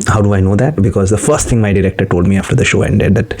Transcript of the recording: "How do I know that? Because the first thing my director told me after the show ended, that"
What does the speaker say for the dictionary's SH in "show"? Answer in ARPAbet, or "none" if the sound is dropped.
SH